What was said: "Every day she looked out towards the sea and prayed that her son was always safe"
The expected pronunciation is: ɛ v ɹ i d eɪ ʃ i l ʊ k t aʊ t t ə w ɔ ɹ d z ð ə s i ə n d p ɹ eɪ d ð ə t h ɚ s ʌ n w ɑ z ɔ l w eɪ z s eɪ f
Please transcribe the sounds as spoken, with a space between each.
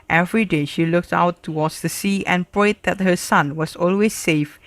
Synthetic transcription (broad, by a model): ɛ v ɹ i d eɪ ʃ i l ʊ k t aʊ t t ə w ɔ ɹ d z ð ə s i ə n p ɹ eɪ d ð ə t h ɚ s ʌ n w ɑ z ɔ l w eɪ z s eɪ f